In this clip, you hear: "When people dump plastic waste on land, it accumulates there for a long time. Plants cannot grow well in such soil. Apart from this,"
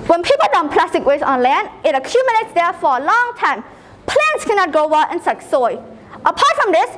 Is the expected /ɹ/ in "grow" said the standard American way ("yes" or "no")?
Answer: no